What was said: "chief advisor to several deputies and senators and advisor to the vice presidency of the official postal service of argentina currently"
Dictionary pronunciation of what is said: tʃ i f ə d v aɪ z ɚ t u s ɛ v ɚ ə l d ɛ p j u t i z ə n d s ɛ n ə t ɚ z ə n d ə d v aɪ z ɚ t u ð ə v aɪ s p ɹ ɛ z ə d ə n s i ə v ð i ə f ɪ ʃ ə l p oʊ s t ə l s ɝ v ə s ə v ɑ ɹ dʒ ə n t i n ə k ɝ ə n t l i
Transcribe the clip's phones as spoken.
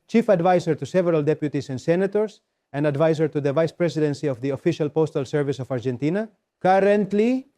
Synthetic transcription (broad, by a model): tʃ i f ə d v aɪ s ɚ t u s ɛ v ɚ ə l d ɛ p j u t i s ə n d s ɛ n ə t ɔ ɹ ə n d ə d v aɪ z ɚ t u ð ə v aɪ s p ɹ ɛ s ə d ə n s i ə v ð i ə f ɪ ʃ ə l p oʊ s t ə l s ɝ v ə s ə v ɑ ɹ dʒ ə n t i n ə k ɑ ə n t l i